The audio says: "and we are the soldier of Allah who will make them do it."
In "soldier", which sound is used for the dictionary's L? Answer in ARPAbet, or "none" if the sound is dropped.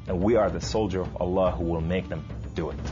L